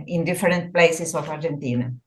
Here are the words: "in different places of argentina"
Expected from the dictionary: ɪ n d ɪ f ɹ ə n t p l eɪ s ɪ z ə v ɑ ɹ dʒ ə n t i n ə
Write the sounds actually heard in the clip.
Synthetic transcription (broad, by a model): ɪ n d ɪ f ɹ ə n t p l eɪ s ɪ s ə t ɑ ɹ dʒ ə n t i n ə